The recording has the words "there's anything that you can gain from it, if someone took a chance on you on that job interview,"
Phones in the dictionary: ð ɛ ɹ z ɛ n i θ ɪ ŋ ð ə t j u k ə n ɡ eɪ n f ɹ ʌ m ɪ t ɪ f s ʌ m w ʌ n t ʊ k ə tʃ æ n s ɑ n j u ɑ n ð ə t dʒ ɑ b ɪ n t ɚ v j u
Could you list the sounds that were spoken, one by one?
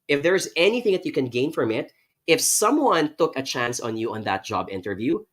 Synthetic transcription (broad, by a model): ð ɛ ɹ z ɛ n i θ ɪ ŋ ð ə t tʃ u k ə n ɡ eɪ n f ɹ ʌ m ɪ t ɪ f s ʌ m w ʌ n t ʊ k ə tʃ æ n s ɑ n j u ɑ n ð ə t dʒ ɑ b ɪ n t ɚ v j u